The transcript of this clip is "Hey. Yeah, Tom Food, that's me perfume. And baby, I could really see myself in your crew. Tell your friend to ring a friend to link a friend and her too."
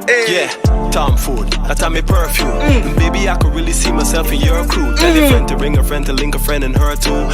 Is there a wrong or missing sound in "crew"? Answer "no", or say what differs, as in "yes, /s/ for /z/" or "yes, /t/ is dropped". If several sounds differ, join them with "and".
yes, /ɹ/ is dropped